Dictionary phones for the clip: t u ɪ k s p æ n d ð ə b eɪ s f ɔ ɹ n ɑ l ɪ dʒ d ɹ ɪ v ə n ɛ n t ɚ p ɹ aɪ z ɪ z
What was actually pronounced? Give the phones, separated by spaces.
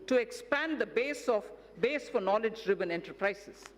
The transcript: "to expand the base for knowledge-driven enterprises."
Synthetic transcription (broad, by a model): t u ɪ k s p æ n d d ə b eɪ s f ɔ ɹ n ɑ l ɪ dʒ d ɹ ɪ b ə n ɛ n t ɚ p ɹ aɪ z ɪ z